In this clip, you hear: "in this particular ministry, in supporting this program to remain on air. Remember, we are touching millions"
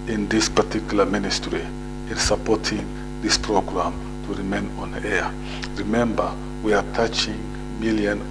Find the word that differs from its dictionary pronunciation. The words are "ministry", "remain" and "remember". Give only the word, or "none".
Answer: none